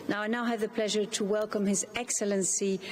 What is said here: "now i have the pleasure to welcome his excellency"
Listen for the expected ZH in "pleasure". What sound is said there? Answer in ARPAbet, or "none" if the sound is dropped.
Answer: ZH